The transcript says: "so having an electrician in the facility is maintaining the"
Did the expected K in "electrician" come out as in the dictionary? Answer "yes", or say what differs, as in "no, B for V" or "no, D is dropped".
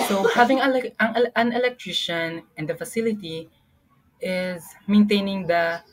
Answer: yes